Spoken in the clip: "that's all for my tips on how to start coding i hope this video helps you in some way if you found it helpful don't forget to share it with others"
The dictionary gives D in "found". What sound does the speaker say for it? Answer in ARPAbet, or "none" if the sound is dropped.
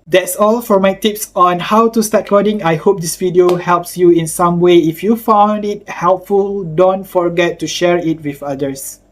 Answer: D